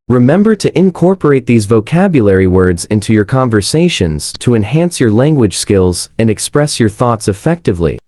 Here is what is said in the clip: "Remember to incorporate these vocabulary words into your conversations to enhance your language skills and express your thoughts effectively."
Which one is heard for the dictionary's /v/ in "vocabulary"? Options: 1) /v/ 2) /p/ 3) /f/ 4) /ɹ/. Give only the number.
1